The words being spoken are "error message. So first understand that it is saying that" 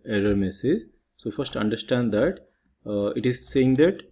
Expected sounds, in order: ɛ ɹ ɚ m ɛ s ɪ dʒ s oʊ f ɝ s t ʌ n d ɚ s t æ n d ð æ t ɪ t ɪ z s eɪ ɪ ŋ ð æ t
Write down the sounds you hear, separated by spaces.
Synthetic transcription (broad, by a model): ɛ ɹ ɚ m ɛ s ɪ z s oʊ f ɝ s t ʌ n d ɚ s t æ n d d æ t ɪ t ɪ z s eɪ ɪ ŋ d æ t